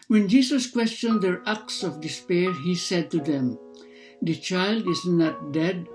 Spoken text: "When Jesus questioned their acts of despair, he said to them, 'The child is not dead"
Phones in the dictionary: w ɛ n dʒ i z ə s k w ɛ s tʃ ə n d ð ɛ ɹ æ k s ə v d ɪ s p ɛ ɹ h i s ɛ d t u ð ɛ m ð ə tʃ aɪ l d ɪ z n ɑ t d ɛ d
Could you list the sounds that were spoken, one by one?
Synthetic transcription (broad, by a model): w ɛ n dʒ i s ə s k w ɛ s tʃ ə n d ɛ ɹ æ k s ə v d ɪ s p ɛ ɹ h i s ɛ d t u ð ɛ m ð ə tʃ aɪ l d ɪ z n ɑ t d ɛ d